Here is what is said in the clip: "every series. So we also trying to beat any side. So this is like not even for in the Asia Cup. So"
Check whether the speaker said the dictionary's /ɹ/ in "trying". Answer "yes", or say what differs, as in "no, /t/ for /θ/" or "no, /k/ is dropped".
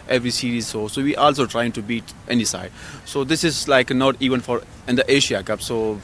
yes